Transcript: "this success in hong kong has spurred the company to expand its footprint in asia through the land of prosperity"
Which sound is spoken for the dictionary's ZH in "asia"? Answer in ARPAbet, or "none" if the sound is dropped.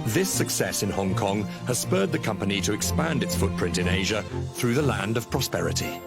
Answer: ZH